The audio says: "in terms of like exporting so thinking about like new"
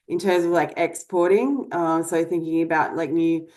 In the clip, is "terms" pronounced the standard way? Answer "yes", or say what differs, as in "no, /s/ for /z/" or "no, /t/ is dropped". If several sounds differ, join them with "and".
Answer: yes